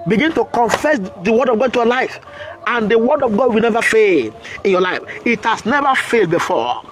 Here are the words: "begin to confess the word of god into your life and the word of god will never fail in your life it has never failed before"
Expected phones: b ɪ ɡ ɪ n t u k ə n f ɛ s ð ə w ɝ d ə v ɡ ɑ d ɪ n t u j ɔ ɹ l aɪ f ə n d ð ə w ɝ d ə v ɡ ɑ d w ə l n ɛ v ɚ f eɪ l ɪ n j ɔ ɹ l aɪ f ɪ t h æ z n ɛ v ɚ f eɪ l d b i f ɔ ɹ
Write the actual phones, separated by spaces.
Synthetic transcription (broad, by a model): b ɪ ɡ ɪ n t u k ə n f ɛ s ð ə w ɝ d ə v ɡ ɑ d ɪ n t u j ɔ l aɪ f ə n d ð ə w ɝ d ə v ɡ ɑ d w ə l n ɛ v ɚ f eɪ l ɪ n j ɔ l aɪ f ɪ t h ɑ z n ɛ v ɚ f eɪ l d b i f ɔ